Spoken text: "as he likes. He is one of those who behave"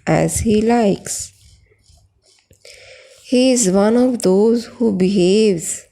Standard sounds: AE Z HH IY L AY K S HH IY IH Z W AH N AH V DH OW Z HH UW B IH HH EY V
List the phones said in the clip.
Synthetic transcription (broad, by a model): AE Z HH IY L AY K S HH IY IH Z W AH N AH V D OW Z HH UW B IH HH EY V